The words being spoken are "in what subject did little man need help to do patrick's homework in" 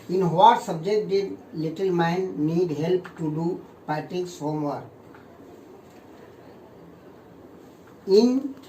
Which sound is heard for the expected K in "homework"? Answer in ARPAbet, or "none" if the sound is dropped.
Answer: none